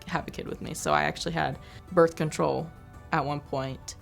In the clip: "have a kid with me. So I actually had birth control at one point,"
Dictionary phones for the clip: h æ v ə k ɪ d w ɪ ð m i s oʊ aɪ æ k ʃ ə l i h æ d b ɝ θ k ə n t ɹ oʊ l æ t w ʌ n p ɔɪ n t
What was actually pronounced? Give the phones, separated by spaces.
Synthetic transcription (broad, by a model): h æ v ə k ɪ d w ɪ ð m i s oʊ aɪ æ k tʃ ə l i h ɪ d b ɝ θ k ə n t ɹ oʊ l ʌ t w ʌ n p ɔɪ n t